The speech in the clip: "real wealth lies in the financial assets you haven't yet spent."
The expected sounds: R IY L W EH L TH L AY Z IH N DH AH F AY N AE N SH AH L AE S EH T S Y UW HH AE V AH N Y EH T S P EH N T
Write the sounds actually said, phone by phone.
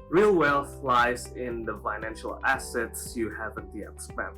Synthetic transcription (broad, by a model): R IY L W EH L F L AY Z IH N DH AH F AY N AE N SH AH L AE S EH T S Y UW HH AE V AH N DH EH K S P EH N